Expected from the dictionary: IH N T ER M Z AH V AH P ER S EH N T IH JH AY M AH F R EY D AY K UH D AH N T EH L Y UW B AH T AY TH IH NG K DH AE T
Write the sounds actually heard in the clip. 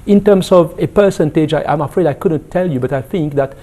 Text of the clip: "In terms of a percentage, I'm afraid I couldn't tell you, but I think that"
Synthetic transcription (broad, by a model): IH N T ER M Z AH V AH P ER S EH N T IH JH AY M AH F R EY D AY K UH D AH N T EH L Y UW B AH T AY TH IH NG K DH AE T